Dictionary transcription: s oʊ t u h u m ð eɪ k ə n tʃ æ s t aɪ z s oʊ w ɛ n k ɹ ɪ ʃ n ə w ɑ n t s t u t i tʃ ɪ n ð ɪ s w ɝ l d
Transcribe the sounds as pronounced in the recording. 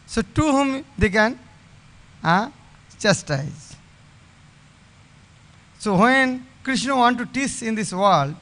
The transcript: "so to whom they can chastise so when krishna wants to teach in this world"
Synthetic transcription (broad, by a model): s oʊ t u h u m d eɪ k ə n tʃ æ s t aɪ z s oʊ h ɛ n k ɹ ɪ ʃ n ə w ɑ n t t u t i s ɪ n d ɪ s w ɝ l d